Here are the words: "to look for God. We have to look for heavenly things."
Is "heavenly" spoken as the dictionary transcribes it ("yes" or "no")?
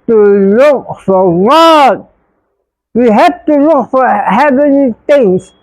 no